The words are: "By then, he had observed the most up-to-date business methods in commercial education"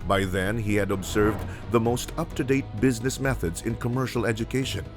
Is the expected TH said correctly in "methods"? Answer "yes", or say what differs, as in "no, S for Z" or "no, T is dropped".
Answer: yes